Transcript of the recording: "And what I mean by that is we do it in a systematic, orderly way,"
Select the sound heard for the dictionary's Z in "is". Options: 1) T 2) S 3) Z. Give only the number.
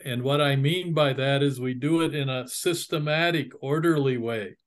3